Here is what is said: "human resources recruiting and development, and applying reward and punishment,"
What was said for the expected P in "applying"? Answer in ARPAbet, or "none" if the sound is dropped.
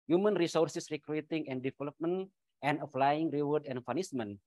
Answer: F